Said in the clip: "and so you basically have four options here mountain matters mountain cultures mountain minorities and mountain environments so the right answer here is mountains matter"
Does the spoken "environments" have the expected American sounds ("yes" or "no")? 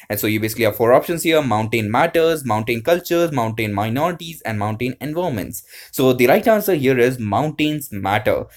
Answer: no